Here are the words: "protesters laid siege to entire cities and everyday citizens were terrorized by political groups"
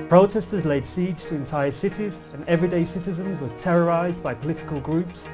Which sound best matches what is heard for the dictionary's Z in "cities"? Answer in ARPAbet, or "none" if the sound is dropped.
Z